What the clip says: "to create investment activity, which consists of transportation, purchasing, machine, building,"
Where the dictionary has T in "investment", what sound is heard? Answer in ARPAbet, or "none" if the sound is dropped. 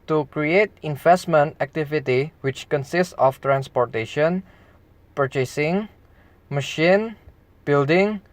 T